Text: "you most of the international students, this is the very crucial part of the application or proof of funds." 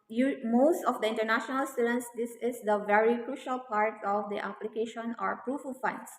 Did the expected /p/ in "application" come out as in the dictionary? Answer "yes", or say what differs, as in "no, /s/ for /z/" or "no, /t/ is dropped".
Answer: yes